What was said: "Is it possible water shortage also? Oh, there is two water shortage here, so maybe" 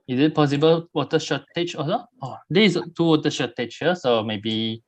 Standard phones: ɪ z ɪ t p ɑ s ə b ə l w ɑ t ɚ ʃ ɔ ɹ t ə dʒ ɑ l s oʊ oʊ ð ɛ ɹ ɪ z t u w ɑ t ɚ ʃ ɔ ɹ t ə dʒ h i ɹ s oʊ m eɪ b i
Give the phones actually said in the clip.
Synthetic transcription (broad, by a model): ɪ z ɪ t p ɑ s ə b ə l w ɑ t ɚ ʃ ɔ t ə tʃ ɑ s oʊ oʊ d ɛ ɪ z t u w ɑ t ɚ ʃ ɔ t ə tʃ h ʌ s oʊ m eɪ b i